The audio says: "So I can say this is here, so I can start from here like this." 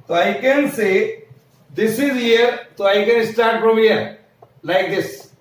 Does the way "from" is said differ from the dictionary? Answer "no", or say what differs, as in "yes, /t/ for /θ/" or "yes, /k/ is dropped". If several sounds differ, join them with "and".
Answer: yes, /p/ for /f/